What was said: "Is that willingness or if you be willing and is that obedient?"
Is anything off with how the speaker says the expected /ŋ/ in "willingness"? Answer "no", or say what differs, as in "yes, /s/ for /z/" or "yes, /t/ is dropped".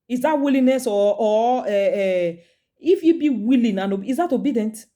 yes, /ŋ/ is dropped